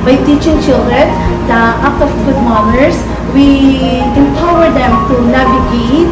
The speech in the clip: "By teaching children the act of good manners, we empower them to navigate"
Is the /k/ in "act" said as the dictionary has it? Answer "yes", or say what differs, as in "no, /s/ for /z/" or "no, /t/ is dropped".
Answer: no, /k/ is dropped